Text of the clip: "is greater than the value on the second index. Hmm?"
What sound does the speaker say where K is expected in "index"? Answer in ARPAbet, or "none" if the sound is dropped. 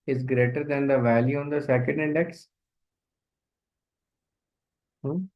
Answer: K